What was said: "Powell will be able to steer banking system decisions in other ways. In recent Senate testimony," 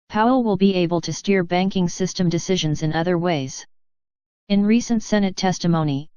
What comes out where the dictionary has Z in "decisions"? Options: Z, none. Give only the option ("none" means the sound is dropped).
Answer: Z